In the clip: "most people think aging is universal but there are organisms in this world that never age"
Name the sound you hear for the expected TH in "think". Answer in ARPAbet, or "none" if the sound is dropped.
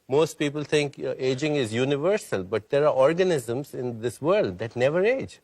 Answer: T